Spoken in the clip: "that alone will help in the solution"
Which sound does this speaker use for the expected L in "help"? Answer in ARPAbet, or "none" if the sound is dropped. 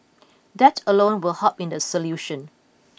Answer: none